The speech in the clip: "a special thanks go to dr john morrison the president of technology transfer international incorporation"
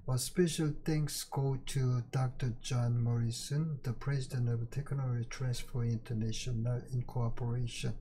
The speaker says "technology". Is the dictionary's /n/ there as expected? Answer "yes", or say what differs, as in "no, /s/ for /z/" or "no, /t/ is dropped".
no, /n/ is dropped